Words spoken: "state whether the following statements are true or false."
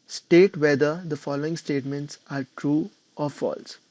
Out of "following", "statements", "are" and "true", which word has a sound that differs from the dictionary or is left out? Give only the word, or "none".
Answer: none